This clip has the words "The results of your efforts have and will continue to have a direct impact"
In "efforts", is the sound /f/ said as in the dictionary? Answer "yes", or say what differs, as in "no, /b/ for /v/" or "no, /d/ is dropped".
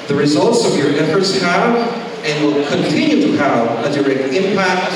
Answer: yes